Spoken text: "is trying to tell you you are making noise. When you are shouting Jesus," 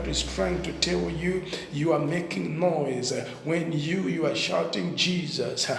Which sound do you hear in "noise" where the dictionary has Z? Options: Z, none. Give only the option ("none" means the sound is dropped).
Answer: Z